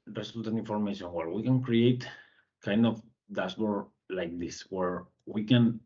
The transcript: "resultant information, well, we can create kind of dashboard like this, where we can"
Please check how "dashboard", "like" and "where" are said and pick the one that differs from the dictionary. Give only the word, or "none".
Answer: dashboard